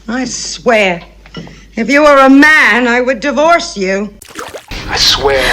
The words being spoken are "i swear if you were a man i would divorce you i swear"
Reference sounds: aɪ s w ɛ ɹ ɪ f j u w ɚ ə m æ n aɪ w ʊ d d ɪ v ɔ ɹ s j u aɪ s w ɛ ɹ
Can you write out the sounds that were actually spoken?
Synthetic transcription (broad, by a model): aɪ s w ɛ ɹ ɪ f j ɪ w ɚ ə m æ n aɪ w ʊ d d ɪ v ɔ ɹ s j u aɪ s w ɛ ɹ